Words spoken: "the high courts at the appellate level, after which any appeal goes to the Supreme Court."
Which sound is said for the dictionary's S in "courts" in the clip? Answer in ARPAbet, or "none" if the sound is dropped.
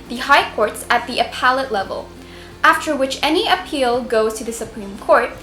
S